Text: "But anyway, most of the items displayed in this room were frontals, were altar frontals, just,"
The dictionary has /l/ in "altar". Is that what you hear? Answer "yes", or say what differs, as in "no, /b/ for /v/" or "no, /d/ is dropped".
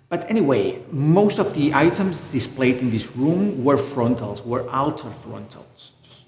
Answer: yes